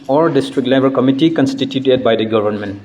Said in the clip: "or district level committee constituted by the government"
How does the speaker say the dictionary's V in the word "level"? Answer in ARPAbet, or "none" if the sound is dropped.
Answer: B